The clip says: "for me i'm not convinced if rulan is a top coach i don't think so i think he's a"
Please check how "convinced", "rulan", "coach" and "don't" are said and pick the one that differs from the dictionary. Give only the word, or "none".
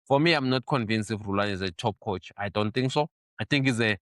convinced